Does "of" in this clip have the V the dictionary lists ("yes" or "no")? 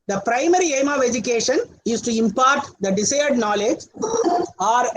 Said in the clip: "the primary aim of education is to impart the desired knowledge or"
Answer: yes